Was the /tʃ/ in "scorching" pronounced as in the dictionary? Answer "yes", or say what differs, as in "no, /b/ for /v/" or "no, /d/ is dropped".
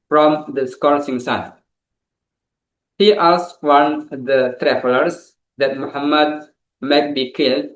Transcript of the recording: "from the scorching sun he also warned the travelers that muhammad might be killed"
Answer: no, /s/ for /tʃ/